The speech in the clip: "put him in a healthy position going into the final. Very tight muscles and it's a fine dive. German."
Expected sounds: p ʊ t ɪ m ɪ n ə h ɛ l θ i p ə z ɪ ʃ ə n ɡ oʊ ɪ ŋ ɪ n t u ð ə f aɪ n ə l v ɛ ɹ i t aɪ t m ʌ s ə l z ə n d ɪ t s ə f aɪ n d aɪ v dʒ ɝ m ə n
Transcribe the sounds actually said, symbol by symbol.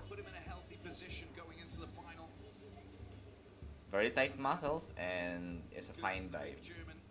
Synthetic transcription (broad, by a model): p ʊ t ɪ m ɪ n ə h ɛ l θ i p ə z ɪ ʃ ə n ɡ oʊ ɪ ŋ ɪ n t u ð ə f aɪ n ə l v ɛ ɹ i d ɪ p m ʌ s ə l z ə n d ɪ t s ə f aɪ n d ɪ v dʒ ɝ m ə n